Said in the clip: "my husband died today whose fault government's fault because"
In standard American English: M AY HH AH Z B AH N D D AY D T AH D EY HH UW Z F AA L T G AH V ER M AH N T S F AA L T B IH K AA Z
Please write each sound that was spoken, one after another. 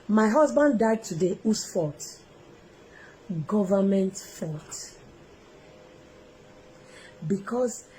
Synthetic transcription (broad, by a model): M AY HH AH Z B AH N D D AY D T AH D EY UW S F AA T G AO V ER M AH N T F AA T B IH K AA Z